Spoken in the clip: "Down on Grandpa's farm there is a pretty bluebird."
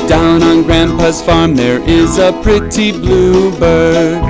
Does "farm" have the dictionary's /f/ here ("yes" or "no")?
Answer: yes